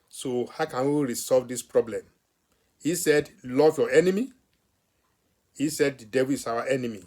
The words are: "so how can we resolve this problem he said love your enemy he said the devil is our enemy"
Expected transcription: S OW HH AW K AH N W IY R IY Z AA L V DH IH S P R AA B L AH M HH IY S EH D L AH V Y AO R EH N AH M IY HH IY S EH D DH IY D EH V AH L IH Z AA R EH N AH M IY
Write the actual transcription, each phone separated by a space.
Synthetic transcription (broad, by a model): S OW HH AW K AH N W IY R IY S AA L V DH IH S P R AA B L AH M HH IY S EH D L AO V Y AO EH N AH M IY HH IY S EH D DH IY D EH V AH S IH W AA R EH N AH M IY